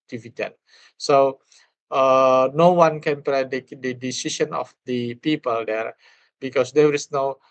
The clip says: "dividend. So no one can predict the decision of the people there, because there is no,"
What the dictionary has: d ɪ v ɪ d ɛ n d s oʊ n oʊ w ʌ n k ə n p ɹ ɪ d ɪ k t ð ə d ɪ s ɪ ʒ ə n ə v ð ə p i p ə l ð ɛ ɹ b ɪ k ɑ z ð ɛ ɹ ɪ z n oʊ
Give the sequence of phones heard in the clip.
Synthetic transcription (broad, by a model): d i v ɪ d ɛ n s oʊ n oʊ w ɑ n k ə n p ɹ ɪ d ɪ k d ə d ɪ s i ʃ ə n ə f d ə p i p ə l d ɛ ɹ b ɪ k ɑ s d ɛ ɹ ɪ s n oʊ